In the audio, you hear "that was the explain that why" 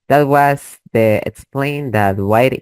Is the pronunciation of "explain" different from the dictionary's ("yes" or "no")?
no